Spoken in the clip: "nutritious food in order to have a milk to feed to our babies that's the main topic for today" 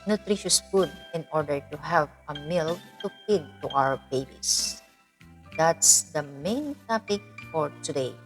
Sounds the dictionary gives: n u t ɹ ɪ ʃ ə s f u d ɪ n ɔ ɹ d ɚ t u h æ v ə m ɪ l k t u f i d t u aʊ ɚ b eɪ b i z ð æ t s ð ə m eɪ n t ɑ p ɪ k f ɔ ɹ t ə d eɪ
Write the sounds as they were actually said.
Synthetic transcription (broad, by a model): n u t ɹ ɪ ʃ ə s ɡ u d ɪ n ɔ ɹ d ɚ t u h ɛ p ə m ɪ l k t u p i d t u aʊ ɚ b eɪ b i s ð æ t s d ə m eɪ n t ɑ p ɪ k f ɔ ɹ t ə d eɪ